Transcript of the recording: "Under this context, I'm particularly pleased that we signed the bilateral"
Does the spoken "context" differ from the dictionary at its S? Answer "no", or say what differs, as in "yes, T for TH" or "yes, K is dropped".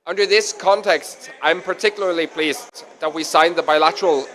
no